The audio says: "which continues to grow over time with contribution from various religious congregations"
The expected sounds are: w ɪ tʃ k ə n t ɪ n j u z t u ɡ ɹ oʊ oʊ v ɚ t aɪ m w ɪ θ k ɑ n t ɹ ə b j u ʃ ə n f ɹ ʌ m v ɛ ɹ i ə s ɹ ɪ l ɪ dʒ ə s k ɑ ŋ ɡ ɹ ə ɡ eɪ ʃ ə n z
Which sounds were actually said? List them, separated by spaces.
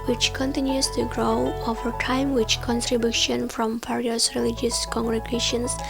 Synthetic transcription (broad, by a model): w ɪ tʃ k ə n t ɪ n j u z t u ɡ ɹ oʊ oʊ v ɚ t aɪ m w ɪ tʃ k ɑ n t ɹ ə b j u ʃ ə n f ɹ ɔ m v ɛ ɹ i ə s ɹ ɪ l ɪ dʒ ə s k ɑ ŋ ɡ ɹ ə ɡ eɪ ʃ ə n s